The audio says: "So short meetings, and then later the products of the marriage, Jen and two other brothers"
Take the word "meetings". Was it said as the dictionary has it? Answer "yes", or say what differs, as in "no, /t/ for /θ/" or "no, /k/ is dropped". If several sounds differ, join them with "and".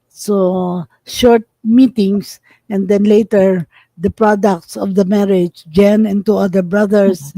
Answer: no, /s/ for /z/